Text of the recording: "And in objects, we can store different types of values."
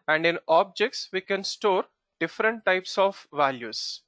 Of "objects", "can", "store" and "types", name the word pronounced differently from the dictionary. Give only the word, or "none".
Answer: none